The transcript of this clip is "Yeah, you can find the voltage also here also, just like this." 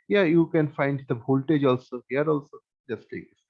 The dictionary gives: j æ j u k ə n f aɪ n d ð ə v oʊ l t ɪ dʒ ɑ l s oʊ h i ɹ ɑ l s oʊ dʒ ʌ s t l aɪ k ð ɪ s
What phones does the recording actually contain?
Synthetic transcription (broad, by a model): j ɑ j u k ə n f aɪ n d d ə b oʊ l t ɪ dʒ ɑ l s oʊ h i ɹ ɑ l s oʊ dʒ ʌ s t l aɪ k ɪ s